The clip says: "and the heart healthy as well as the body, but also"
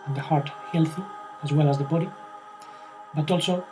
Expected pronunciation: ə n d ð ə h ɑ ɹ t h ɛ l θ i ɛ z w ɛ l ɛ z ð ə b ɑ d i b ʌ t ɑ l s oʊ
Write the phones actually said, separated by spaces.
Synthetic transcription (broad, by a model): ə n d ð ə h ɑ ɹ t h ɛ l θ i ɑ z w ɛ l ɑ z ð ə b ɑ d i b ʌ t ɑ l s oʊ